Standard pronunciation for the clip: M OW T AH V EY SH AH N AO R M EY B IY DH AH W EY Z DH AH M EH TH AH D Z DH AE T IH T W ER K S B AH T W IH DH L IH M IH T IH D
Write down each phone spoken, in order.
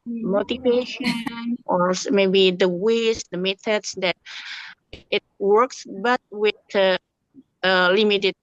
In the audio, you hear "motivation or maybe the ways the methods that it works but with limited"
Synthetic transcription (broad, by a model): M OW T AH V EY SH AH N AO R M EY B IY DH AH W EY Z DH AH M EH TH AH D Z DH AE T IH T W ER K S B AH T W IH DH L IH M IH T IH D